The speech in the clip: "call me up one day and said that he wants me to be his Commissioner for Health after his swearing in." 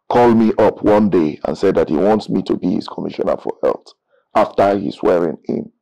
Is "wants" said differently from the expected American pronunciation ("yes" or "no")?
no